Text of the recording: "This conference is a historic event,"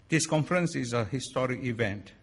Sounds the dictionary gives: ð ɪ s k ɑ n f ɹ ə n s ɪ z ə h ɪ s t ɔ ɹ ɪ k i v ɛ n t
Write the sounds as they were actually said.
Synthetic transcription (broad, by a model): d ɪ s k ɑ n f ɹ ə n s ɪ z ə h ɪ s t ɔ ɹ ɪ k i v ɛ n t